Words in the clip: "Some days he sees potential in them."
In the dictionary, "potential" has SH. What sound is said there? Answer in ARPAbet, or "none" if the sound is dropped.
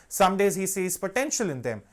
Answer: SH